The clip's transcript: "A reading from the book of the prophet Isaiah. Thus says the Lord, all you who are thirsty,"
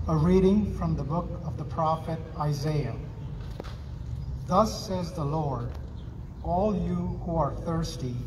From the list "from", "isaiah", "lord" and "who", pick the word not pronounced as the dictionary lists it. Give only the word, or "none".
none